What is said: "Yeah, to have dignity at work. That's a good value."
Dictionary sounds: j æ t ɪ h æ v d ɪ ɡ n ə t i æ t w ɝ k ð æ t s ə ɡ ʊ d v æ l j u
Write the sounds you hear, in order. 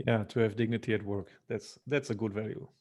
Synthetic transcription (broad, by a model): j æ t ɪ h æ v d ɪ ɡ n ə t i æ t w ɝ k ð æ t s ə ɡ ʊ d v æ l j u